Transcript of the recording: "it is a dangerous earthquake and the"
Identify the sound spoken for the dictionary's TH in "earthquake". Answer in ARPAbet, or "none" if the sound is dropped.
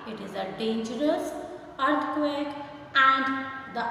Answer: T